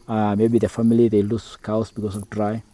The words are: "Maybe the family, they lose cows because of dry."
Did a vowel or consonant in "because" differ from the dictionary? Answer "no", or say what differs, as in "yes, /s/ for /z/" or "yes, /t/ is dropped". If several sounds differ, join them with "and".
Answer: yes, /s/ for /z/